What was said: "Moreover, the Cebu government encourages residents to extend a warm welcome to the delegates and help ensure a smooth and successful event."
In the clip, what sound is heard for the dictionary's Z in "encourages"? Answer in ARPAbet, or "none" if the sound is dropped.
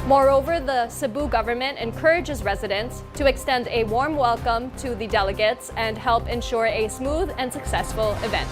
Z